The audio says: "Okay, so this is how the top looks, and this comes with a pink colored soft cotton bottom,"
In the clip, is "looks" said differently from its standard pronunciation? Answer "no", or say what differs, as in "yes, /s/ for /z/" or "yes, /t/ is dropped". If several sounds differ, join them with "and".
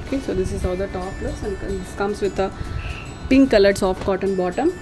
yes, /k/ is dropped